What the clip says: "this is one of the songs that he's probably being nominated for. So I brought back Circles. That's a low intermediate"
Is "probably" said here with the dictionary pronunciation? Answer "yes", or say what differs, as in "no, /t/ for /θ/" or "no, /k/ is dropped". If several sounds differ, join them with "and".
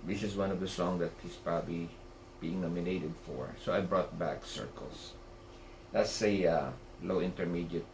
yes